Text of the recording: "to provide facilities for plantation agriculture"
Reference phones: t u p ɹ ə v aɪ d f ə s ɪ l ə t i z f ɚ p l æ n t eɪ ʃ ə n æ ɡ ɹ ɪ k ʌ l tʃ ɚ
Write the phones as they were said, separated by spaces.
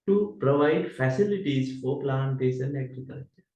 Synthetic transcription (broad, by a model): t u p ɹ ə v aɪ d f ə s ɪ l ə t i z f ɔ p l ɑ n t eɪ s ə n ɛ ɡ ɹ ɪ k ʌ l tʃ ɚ